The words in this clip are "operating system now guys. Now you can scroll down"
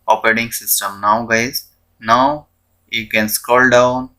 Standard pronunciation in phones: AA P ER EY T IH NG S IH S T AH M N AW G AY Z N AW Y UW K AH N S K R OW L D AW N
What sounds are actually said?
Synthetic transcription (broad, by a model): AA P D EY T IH NG S IH S T AH M N AW G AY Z N AW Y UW K AH N S K OW L D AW N